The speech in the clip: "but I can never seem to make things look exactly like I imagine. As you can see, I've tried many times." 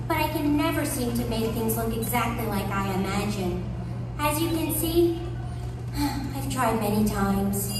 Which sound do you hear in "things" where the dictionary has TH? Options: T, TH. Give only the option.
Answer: TH